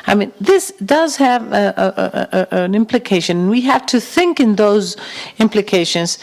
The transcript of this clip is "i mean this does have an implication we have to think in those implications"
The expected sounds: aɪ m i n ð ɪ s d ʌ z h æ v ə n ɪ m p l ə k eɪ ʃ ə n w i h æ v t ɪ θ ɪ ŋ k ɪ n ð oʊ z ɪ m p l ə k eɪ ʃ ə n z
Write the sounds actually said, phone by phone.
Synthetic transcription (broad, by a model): aɪ m i n ð ɪ s d ʌ z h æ v ə n ɪ m p l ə k eɪ ʃ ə n w i h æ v t ɪ θ ɪ ŋ k ɪ n ð oʊ z ɪ m p l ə k eɪ ʃ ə n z